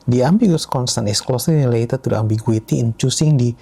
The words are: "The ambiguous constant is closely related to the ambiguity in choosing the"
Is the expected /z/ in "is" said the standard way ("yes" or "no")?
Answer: no